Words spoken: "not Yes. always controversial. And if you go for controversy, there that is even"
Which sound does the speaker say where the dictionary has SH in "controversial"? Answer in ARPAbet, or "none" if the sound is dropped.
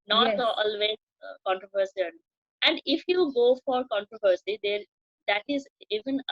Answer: S